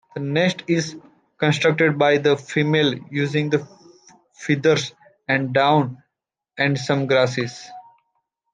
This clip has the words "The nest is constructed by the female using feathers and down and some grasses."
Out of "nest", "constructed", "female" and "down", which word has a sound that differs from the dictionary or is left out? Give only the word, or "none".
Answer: none